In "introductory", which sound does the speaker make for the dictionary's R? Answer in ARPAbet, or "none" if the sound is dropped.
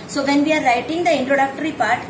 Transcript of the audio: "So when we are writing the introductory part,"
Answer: R